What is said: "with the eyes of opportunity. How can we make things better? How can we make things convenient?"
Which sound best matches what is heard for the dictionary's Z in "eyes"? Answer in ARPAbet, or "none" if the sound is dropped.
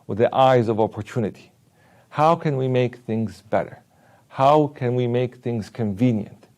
Z